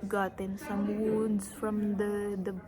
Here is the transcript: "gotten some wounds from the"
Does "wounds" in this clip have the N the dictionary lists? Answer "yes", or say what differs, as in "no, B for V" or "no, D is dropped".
no, N is dropped